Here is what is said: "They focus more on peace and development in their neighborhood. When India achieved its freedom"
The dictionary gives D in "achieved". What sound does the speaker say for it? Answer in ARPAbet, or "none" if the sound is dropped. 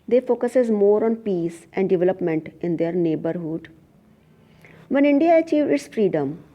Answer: none